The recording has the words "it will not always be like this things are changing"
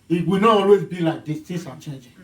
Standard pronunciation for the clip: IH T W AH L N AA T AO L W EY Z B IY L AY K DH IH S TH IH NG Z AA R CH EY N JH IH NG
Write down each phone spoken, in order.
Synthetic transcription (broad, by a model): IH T W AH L N AA T AO L W EY Z B IY L AY K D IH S T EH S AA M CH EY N JH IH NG